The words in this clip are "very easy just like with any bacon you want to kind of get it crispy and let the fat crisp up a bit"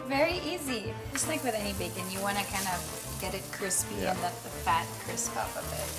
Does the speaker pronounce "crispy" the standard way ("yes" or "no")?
yes